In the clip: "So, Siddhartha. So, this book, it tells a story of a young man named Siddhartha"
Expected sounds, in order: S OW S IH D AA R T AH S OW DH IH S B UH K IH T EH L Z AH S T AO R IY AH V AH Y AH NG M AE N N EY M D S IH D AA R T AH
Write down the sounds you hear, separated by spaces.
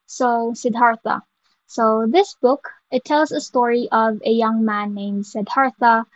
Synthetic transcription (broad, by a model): S OW S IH D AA R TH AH S OW DH IH S B UH K IH T EH L Z AH S T AO R IY AH V AH Y AH NG M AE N N EY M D S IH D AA R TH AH